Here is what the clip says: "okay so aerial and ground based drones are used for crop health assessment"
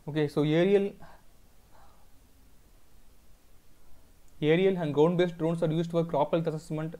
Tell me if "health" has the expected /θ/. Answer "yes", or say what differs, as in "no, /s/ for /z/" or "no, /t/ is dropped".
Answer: no, /t/ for /θ/